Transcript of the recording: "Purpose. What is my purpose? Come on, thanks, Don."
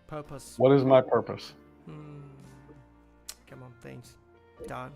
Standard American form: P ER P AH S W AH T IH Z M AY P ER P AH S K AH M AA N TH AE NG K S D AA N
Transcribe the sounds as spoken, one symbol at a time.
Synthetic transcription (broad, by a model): P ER P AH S W AH T IH Z M AY P ER P AH S K AH M AA N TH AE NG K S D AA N